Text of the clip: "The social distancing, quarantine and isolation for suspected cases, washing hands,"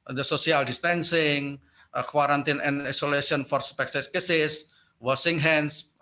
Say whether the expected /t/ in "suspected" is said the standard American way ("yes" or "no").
no